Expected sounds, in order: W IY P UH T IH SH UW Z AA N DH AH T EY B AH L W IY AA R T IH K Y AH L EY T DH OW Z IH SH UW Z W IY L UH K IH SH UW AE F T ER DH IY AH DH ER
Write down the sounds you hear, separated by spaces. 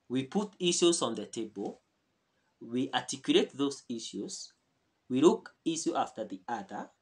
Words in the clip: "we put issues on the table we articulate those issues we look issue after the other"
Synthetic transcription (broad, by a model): W IY P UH T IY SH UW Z AA N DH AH T EY B AH L W IY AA T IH K Y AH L EY T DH OW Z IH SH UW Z W IY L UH K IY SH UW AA F T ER DH IY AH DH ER